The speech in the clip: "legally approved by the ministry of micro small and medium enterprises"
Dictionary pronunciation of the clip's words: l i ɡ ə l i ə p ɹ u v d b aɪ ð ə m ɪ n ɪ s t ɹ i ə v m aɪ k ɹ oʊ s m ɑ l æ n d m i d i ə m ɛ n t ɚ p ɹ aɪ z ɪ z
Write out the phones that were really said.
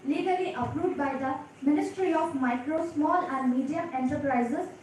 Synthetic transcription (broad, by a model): l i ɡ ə l i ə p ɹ u d b aɪ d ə m ɪ n ɪ s t ɹ i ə f m aɪ k ɹ oʊ s m ɑ l æ n d m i d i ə m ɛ n t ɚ p ɹ aɪ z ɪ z